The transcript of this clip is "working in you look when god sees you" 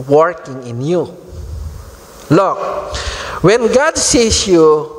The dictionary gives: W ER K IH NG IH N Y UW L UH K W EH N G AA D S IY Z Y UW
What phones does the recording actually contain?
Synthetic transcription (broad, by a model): W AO K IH NG IH N Y UW L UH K W EH N G AA D S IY S Y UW